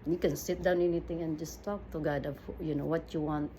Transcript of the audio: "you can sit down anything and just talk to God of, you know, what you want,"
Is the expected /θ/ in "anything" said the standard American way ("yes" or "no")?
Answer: no